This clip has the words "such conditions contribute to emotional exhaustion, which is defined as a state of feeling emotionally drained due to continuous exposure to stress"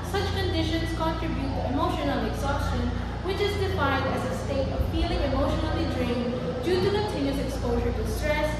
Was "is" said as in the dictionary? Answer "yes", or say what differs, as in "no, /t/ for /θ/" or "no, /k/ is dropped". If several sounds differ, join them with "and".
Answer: yes